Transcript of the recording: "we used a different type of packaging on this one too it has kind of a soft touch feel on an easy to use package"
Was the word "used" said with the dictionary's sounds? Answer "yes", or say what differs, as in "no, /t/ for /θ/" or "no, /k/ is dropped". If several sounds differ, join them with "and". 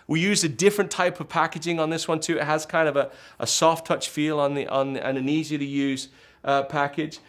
no, /d/ is dropped